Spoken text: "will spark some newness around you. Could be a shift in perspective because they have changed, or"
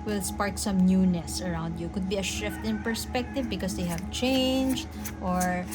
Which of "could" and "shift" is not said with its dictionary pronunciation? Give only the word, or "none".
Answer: none